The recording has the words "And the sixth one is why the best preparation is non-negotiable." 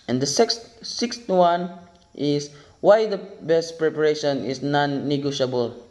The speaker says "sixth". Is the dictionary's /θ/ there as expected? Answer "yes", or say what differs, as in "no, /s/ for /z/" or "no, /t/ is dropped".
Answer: no, /t/ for /θ/